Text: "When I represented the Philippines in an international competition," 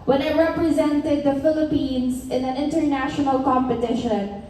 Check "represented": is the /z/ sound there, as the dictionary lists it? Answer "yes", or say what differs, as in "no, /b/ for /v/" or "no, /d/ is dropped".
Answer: yes